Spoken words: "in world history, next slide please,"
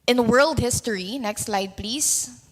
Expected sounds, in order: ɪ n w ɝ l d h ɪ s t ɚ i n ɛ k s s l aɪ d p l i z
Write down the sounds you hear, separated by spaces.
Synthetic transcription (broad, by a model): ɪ n w ɝ l d h ɪ s t ɚ i n ɛ k s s l aɪ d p l i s